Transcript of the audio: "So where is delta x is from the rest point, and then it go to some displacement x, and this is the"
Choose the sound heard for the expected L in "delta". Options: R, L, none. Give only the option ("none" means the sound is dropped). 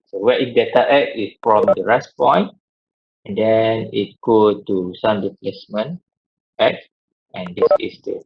none